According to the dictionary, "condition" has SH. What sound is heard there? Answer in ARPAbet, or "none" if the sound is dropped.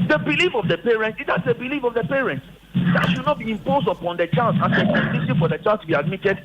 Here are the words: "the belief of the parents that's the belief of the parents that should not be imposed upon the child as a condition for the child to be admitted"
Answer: S